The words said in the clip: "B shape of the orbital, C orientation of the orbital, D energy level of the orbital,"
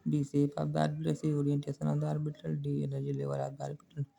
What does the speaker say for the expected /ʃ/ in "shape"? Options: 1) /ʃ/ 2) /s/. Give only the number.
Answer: 2